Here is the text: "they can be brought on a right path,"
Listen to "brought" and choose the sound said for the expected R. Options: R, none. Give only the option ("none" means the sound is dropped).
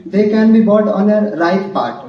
none